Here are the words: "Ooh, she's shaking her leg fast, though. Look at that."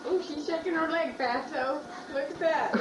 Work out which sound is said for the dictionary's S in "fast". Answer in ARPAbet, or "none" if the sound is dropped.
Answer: none